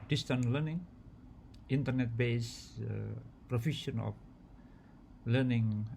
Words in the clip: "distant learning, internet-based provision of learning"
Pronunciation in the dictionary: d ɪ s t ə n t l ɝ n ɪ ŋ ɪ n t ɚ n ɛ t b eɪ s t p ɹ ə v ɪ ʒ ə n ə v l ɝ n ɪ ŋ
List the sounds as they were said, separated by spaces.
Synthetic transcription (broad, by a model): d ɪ s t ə n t l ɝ n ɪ ŋ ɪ n t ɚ n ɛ t b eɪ s p ɹ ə f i s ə n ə f l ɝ n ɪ ŋ